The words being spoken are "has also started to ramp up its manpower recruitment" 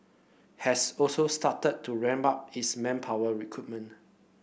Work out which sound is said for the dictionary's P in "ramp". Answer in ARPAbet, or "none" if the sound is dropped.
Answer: B